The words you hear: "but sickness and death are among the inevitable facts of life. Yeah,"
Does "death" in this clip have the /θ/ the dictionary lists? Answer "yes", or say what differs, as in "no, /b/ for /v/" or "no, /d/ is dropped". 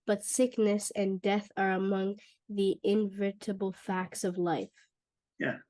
yes